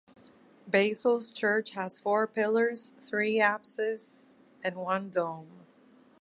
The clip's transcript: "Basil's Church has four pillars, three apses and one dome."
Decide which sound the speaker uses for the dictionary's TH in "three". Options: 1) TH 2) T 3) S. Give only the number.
1